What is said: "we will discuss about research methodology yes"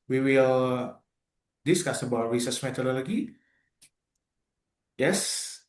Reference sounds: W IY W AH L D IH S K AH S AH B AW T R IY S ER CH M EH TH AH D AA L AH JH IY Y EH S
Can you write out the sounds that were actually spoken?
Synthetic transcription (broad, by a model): W IY W AH L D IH S K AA S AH B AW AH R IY S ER S M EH T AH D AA L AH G IY Y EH S